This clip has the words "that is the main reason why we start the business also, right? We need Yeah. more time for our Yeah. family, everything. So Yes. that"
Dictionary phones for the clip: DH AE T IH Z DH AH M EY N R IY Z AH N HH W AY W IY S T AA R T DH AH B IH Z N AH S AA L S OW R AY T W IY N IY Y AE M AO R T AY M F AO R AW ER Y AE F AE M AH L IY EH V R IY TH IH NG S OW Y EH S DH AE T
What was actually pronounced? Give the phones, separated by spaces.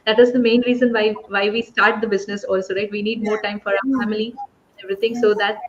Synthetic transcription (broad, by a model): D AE T IH Z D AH M EY N R IY Z AH N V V AY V IY S T AA R T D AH B IH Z N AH S AA L S OW R AY T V IY N IY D M AO R T AY M F AO R AW ER F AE M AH L IY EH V R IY T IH NG S OW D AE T